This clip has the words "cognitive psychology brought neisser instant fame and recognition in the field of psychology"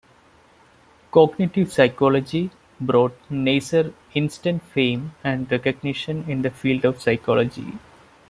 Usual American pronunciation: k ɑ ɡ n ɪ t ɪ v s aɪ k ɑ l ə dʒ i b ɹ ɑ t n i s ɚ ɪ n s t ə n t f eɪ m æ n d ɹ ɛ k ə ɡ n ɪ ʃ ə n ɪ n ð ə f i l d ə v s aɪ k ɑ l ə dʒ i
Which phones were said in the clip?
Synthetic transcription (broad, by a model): k ɑ ɡ n ɪ t ɪ v s aɪ k ɑ l ə dʒ i b ɹ ɑ t n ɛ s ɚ ɪ n s t ə n t f eɪ m æ n d ɹ ɛ k ə ɡ n ɪ ʃ ə n ɪ n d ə f i l d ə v s aɪ k ɑ l ə dʒ i